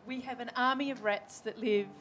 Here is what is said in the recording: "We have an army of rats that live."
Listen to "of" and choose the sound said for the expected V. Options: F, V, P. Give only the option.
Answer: V